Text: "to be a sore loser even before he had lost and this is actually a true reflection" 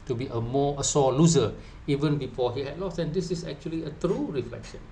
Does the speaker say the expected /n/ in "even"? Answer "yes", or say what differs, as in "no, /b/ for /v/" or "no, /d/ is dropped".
yes